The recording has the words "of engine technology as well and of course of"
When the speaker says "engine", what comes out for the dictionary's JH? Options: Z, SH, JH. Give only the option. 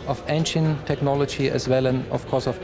SH